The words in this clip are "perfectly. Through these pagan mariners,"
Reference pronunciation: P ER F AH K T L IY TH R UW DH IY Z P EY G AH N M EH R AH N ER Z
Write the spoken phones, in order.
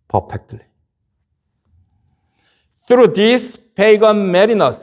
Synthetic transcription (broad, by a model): P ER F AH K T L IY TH R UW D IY S P EY G AH N M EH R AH N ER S